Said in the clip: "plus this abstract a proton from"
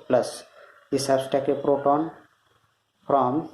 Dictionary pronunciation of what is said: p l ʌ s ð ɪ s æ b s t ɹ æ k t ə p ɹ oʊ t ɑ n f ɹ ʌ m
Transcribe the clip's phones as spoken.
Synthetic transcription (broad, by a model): p l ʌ s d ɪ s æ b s t æ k ə p ɹ oʊ t ɑ n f ɹ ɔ m